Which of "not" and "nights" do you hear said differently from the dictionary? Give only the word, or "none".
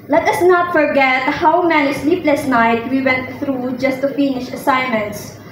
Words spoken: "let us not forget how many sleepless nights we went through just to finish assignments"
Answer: nights